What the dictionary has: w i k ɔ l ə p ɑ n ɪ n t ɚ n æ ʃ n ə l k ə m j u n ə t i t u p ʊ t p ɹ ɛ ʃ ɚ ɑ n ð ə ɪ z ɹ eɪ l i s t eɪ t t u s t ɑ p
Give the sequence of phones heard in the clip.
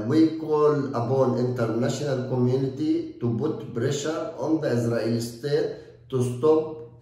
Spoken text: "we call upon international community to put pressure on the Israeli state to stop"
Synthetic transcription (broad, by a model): w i k ɔ l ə b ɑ n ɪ n t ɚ n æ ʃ n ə l k ə m j u n ə t i t u b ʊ t b ɹ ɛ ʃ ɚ ɑ n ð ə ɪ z ɹ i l s t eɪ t t u s t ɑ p